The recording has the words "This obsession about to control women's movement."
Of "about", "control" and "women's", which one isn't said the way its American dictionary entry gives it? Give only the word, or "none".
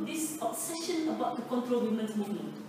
women's